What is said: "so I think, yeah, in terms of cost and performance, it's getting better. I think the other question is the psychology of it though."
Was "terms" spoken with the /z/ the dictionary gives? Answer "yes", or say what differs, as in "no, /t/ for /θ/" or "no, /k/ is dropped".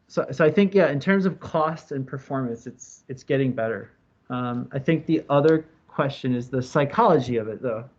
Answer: yes